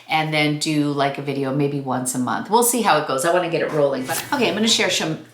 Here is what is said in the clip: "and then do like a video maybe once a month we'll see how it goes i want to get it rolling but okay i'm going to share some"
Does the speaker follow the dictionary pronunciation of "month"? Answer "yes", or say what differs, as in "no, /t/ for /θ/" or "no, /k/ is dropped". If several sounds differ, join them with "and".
yes